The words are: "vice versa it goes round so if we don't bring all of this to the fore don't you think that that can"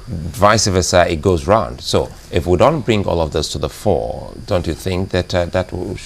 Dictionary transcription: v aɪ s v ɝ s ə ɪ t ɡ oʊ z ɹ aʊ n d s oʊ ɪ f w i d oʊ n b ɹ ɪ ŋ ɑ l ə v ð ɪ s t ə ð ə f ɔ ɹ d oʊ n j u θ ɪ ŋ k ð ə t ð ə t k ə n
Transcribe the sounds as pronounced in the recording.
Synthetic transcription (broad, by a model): v aɪ s v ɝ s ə ɪ t ɡ oʊ z ɹ aʊ n d s oʊ ɪ f w i d oʊ n b ɹ ɪ ŋ ɑ l ə v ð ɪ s t ə ð ə f ɔ ɹ d oʊ n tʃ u θ ɪ ŋ k ð ə t ð ə t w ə